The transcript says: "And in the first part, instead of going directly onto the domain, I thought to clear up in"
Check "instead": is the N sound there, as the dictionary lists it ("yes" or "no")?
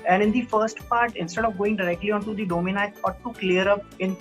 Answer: yes